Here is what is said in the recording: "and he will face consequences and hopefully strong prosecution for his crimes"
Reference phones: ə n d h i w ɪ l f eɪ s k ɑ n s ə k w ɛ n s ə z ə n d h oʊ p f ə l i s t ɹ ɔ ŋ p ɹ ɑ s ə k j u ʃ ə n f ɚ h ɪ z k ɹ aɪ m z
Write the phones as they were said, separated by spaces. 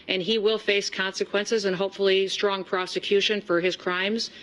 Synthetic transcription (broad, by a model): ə n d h i w ɪ l f eɪ s k ɑ n s ə k w ɛ n s ə z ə n h oʊ p f l i s t ɹ ɔ ŋ p ɹ ɑ s ə k j u ʃ ə n f ɚ ɪ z k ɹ aɪ m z